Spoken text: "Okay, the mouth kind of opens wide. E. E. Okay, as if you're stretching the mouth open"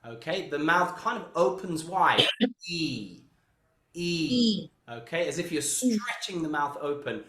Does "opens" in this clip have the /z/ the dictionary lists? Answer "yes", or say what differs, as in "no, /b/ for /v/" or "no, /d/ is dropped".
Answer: yes